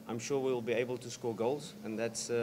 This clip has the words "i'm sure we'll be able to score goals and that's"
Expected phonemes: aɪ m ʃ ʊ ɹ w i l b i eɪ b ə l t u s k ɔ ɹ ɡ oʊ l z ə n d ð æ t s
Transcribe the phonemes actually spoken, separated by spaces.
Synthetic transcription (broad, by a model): aɪ m ʃ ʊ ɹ w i l b i eɪ b ə l t u s k ɔ ɡ oʊ l z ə n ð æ t s